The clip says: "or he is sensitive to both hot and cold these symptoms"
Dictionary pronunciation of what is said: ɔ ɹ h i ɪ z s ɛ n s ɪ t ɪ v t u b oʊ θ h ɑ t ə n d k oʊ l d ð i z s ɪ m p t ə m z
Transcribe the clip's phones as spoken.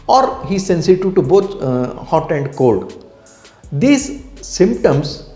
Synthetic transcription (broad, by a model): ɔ ɹ h i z s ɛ n s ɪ t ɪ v t u b oʊ t h ɑ t ə n d k oʊ l d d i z s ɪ m p t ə m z